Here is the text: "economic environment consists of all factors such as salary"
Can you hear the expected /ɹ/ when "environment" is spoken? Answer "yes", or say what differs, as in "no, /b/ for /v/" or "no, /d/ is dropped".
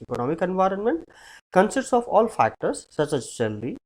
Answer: yes